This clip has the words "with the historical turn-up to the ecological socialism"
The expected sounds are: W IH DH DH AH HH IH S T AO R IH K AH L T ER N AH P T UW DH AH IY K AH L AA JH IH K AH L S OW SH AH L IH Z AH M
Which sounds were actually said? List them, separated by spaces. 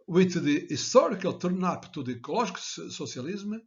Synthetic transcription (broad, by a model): W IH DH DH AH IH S T AO R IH K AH L T ER N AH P T UW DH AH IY K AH L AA ZH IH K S S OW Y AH L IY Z M